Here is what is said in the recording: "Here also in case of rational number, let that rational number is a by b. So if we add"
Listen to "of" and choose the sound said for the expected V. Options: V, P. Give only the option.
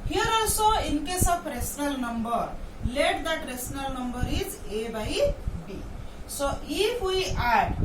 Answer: P